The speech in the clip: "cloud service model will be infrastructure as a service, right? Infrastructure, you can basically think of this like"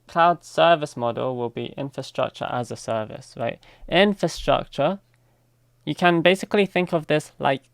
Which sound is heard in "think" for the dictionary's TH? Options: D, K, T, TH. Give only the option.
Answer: TH